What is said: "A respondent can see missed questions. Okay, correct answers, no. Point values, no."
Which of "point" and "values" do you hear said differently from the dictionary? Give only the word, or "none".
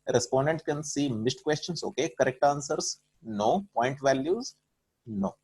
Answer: none